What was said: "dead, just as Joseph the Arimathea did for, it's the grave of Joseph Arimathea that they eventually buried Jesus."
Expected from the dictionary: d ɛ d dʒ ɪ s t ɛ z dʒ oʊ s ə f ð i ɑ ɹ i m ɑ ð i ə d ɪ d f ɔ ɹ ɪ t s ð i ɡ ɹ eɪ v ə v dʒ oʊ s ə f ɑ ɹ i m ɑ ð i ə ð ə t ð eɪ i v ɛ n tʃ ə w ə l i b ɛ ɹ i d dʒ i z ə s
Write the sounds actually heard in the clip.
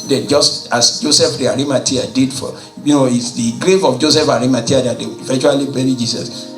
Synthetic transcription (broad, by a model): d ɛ dʒ ɪ s t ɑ s dʒ oʊ s ə f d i ɑ ɹ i m ɑ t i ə d ɪ d f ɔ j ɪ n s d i ɡ ɹ eɪ v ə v dʒ oʊ s ə f ɑ ɹ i m ɑ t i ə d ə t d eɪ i f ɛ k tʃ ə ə l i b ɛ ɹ i dʒ i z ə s